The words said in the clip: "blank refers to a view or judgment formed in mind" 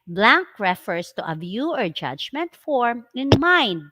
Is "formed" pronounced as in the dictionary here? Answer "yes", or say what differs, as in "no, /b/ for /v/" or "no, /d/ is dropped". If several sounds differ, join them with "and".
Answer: no, /d/ is dropped